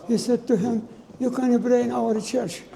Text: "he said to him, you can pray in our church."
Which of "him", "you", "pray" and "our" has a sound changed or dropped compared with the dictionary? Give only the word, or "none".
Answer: pray